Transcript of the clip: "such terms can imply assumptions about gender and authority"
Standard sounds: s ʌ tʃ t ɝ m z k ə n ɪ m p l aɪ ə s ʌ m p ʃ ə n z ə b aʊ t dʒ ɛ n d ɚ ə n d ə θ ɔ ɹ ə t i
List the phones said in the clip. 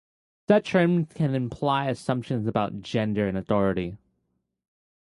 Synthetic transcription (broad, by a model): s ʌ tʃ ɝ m k ə n ɪ m p l aɪ ə s ʌ m p ʃ ə n z ə b aʊ t dʒ ɛ n d ɚ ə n ə θ ɔ ɹ ə t i